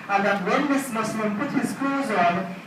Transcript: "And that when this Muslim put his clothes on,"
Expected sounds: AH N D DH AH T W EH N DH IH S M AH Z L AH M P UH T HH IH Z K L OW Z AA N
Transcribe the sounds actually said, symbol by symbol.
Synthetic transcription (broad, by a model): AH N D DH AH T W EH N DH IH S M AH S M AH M P UH T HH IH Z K OW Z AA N